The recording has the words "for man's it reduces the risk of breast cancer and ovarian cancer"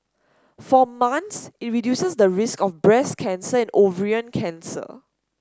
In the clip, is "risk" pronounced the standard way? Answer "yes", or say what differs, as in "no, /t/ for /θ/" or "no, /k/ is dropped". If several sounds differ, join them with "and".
yes